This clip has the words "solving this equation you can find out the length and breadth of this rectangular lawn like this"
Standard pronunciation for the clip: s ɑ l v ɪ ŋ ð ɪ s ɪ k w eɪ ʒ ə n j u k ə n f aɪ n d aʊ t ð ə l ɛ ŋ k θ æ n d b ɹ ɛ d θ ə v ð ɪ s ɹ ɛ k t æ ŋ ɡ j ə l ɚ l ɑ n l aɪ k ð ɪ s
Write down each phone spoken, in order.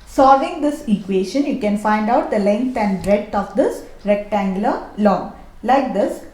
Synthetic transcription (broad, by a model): s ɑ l v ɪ ŋ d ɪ s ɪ k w eɪ ʃ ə n j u k ə n f aɪ n d aʊ t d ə l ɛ ŋ k t æ n d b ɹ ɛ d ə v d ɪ s ɹ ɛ k t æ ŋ ɡ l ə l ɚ l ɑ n l aɪ k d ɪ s